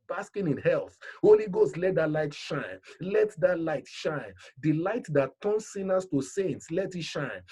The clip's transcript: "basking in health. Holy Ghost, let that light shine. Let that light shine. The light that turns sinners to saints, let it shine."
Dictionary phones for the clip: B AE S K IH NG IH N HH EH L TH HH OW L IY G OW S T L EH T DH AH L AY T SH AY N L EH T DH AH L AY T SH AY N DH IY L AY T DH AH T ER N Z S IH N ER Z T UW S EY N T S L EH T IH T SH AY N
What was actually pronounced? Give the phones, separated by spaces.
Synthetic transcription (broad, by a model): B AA S K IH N IH N HH EH L TH HH OW L IY G OW S T L EH T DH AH L AY T SH AY N L EH T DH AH L AY T SH AY N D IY L AY T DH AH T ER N S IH N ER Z T UW S EY N T S L EH T IH T SH AY N